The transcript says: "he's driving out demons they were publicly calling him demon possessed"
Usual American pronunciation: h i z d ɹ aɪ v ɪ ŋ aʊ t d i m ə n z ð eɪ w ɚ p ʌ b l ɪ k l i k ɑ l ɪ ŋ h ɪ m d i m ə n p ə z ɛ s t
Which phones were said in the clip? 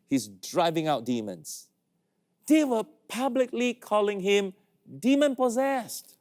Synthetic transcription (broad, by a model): h i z d ɹ aɪ v ɪ ŋ aʊ t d i m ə n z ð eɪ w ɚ p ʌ b l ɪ k l i k ɑ l ɪ ŋ h ɪ m d i m ə n p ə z ɛ s t